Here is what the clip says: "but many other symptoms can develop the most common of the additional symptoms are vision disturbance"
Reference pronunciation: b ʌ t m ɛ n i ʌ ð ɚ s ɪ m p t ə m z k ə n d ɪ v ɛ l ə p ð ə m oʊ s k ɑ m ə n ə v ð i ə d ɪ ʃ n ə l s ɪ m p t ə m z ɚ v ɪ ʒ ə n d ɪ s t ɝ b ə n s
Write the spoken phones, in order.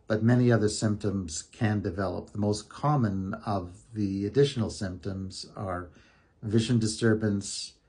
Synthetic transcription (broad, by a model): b ʌ t m ɛ n i ʌ ð ɚ s ɪ m p t ə m z k ə n d ɪ v ɛ l ə p ð ə m oʊ s k ɑ m ə n ə v ð i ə d ɪ ʃ n l s ɪ m p t ə m z ɚ v ɪ ʒ ə n d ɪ s t ɝ b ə n s